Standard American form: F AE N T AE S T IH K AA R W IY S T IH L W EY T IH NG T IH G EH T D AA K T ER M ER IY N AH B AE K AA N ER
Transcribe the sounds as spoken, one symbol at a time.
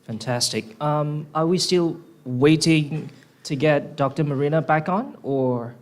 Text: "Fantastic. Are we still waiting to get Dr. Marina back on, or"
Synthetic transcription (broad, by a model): F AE N T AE S T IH K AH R W IY S T IH L W EY T IH NG T IH G EH T D AA K T ER M ER IY N AH B AE K N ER